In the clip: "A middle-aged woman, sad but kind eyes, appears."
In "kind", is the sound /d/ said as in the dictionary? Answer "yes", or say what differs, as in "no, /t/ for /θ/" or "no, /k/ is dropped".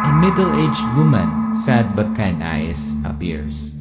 no, /d/ is dropped